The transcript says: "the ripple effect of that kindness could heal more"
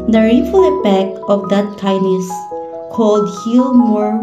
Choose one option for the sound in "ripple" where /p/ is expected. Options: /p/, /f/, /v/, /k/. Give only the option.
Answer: /f/